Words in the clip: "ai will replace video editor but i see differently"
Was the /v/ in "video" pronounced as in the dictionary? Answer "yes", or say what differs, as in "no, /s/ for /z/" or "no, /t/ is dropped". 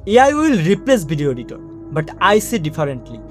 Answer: no, /b/ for /v/